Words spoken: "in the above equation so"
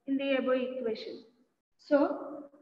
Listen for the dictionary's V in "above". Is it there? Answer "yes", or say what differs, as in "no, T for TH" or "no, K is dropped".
no, V is dropped